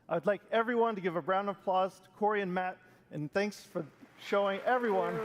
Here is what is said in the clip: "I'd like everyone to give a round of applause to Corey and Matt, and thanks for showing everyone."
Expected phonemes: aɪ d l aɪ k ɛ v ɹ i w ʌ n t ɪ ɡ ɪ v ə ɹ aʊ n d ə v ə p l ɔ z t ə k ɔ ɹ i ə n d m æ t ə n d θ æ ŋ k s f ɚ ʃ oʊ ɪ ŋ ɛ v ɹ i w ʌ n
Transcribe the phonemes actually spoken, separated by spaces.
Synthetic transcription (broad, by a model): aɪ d l aɪ k ɛ v ɹ i w ʌ n t ɪ ɡ ɪ v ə ɹ aʊ n ə v p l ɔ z t ə k ɔ ɹ i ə n m æ t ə n θ æ ŋ k s f ɚ ʃ oʊ ɪ ŋ ɛ v ɹ i w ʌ n